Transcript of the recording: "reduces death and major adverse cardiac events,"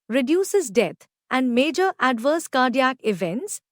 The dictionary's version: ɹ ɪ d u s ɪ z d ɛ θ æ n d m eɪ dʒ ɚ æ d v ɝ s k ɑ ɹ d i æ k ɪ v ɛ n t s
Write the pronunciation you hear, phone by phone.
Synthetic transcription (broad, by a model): ɹ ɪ d u s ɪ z d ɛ t æ n d m eɪ dʒ ɚ æ d v ɝ s k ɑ ɹ d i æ k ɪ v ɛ n t s